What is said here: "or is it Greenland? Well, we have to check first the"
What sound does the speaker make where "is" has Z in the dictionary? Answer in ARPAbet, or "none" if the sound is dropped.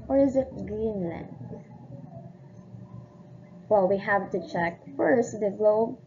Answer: Z